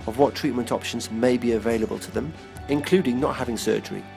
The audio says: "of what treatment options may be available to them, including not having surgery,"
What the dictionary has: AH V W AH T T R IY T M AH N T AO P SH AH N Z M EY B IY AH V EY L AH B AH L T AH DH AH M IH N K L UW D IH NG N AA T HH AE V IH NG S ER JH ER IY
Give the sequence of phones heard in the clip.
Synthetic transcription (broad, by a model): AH V W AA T T R IY T M AH N T AO P SH AH N Z M EY B IY AH V EY L AH B AH L T AH DH AH M IH N K L UW D IH NG N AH T HH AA V IH NG S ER JH ER IY